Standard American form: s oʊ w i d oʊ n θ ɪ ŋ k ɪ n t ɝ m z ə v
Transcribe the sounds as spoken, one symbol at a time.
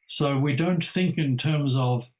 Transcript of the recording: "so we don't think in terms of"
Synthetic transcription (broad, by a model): s oʊ w i d oʊ n θ ɪ ŋ k ɪ n t ɝ m z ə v